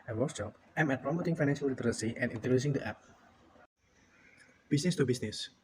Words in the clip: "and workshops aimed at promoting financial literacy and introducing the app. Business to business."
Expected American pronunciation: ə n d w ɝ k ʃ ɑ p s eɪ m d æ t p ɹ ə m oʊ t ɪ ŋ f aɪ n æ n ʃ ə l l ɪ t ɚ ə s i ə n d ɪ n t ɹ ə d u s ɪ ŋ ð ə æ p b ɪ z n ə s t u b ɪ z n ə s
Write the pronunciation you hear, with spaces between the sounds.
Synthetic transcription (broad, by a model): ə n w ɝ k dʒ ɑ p eɪ m ɛ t p ɹ ə m oʊ t ɪ ŋ f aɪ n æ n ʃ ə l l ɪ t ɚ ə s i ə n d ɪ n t ə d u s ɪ ŋ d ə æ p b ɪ s n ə s t u b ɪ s n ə s